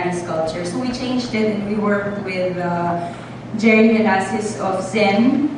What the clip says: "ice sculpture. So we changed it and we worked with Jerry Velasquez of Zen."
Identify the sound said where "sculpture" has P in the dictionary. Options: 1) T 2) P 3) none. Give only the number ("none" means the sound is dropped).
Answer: 3